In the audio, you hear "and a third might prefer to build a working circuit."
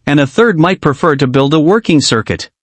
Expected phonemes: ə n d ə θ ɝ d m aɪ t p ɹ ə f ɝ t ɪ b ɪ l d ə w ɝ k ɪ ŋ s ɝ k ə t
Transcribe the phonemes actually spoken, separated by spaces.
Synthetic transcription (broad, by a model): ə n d ə θ ɝ d m aɪ t p ɹ ə f ɝ t ɪ b ɪ l d ə w ɝ k ɪ ŋ s ɝ k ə t